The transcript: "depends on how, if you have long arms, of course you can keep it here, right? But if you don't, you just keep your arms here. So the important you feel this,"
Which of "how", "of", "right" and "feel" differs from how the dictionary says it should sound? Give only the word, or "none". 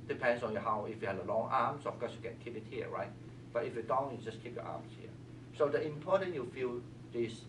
of